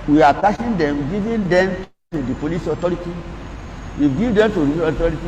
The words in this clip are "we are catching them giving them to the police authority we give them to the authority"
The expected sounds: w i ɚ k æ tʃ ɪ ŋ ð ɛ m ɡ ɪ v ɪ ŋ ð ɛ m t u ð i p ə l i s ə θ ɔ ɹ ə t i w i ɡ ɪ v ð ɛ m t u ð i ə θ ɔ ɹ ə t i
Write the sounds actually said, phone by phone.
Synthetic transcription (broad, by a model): w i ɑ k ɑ ʃ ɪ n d ɛ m ɡ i v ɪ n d ɛ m t u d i p ə l i s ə t ɔ ɹ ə t i w i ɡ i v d ɛ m t u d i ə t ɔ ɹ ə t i